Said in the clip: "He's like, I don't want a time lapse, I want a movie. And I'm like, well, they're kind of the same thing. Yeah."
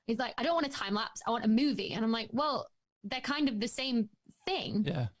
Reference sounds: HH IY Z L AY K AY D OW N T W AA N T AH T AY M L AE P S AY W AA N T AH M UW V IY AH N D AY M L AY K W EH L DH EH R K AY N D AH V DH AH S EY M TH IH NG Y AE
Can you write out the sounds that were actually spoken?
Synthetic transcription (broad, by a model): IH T L AY K AY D OW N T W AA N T AH T AY M L AE P S AY W AA N T AH M UW V IY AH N AY M L AY K W EH L DH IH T K AY N D AH V DH AH S EY M TH IH NG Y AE